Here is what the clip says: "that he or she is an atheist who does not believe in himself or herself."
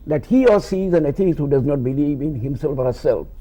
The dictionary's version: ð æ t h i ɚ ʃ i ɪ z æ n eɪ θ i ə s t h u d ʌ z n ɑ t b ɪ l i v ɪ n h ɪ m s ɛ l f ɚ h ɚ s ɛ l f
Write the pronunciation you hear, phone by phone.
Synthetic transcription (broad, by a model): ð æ t h i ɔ s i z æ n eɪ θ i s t h u d ʌ z n ɑ t b ɪ l i v ɪ n h ɪ m s ɛ l f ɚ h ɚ s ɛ l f